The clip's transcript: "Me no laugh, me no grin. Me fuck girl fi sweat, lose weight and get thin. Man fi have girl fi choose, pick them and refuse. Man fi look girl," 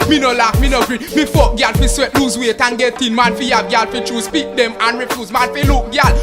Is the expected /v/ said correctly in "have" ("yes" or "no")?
no